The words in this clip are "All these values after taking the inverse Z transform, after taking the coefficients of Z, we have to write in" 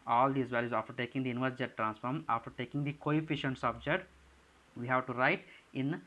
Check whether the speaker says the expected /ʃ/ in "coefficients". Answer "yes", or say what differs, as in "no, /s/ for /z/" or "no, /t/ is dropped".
yes